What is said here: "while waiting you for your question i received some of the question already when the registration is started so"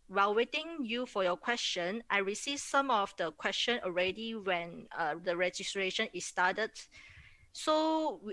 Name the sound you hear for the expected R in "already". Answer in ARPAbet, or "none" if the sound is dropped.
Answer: R